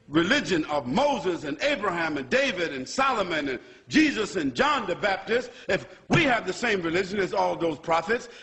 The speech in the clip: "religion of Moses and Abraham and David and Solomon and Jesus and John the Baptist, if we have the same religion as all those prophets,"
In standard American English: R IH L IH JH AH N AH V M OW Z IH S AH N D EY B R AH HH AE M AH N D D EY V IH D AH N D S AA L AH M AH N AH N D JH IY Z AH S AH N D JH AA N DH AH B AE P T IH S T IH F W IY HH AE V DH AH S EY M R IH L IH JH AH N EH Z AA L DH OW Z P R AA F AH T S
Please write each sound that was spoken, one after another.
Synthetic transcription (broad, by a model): R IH L IH JH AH N AH V M OW Z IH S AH N EY B R AH HH AE M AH N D D EY V IH D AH N S AA L AH M AH N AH N JH IY Z AH S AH N JH AA N DH AH B AE P T IH S T IH F W IY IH V DH AH S EY M R IH L IH JH AH N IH Z AA L DH OW Z P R AA F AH T S